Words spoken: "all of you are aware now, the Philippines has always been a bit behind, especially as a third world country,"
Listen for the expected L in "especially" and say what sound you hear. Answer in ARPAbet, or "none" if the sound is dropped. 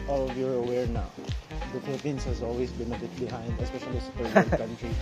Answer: none